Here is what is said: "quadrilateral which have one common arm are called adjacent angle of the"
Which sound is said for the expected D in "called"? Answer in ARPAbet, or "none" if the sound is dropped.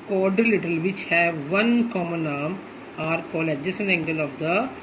none